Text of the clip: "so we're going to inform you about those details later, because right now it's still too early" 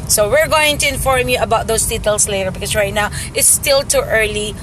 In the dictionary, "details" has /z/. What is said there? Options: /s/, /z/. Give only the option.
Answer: /s/